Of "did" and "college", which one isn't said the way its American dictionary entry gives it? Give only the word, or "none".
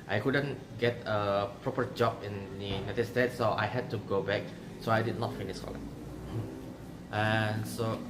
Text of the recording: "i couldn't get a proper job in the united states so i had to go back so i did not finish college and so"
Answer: college